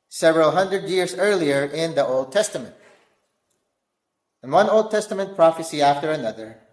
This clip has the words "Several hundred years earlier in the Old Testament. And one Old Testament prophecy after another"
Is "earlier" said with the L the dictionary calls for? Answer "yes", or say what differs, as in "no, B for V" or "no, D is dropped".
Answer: yes